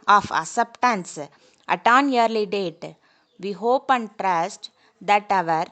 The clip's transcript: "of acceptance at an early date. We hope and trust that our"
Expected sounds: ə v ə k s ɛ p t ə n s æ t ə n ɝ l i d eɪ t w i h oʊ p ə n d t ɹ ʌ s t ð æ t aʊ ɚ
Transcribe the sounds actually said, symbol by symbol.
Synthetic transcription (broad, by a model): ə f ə s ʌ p t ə n s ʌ t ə n ɝ l i d eɪ t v i h oʊ p ə n d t ɹ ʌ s t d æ t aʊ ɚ